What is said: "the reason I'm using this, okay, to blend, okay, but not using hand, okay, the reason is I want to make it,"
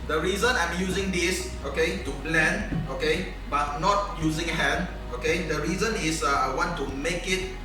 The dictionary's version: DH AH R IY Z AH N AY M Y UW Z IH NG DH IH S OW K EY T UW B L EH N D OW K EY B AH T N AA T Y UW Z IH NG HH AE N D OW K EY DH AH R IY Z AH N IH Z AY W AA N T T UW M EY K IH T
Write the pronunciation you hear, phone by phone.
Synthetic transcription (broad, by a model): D AH R IY Z AH N AY M Y UW Z IH NG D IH S OW K EY T UW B L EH N OW K EY B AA T N AA T Y UW Z IH NG HH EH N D OW K EY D AH R IY Z AH N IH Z AY W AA N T T UW M EY K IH T